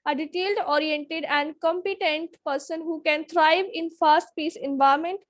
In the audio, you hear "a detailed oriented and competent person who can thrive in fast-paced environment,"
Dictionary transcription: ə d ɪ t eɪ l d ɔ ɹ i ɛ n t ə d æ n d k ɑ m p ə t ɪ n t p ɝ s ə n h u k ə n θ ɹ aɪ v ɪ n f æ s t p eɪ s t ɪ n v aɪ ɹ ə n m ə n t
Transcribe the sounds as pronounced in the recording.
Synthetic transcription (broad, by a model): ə d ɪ t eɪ l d ɔ ɹ i ɛ n t ə d æ n d k ɑ m p ə t ɪ n t p ɝ s ə n h u k ə n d ɹ aɪ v ɪ n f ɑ s t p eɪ s ɪ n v aɪ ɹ m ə n t